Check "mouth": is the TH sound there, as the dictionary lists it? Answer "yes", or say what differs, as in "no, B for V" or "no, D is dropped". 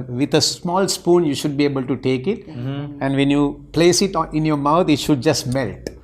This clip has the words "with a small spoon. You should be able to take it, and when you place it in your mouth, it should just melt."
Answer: no, T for TH